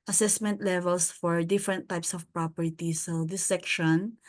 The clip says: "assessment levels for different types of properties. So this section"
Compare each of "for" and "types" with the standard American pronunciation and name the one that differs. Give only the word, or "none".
none